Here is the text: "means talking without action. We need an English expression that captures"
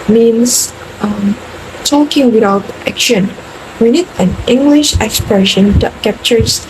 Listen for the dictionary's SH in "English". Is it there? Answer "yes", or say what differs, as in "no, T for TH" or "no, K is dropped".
yes